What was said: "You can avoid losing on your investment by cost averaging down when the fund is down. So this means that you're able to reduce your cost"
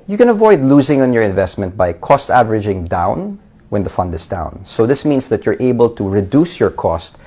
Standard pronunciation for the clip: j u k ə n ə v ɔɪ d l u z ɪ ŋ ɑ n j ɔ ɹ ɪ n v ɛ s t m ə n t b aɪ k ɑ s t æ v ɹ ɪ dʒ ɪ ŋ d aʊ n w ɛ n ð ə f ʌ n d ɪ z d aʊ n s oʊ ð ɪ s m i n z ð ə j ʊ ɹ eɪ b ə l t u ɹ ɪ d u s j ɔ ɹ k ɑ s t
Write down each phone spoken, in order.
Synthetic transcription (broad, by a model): j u k ə n ə v ɔɪ d l u z ɪ ŋ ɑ n j ɔ ɹ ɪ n v ɛ s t m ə n t b aɪ k ɑ s t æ v ɹ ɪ dʒ ɪ ŋ d aʊ n w ɛ n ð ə f ʌ n d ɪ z d aʊ n s oʊ ð ɪ s m i n s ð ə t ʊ ɹ eɪ b ə l t u ɹ ɪ d u s j ɔ ɹ k ɑ s t